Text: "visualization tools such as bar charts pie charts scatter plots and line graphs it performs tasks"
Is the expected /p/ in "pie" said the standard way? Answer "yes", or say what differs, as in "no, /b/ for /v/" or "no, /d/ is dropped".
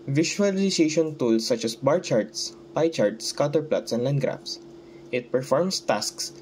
yes